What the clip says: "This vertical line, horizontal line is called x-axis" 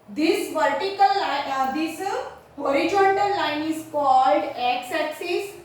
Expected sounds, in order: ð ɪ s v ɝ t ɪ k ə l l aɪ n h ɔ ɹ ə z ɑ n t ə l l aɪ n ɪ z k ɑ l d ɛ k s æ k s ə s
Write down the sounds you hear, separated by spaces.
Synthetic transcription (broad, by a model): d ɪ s v ɝ t ɪ k ə l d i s h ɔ ɹ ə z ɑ n t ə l l aɪ n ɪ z k ɑ l d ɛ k s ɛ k s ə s